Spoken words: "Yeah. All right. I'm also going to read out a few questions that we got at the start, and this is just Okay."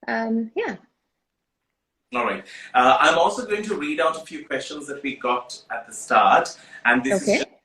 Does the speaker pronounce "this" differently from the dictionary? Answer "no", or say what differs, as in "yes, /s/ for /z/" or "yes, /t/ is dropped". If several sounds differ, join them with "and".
yes, /s/ is dropped